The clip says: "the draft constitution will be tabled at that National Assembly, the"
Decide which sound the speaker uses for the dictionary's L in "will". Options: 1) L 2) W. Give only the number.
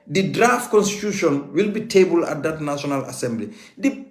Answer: 1